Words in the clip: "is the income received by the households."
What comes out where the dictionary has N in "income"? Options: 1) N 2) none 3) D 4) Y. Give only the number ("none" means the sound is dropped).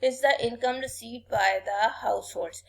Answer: 1